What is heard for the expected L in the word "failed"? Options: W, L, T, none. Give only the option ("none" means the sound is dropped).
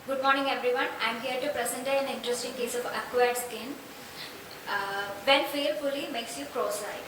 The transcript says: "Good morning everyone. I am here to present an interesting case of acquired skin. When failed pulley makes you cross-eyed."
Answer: none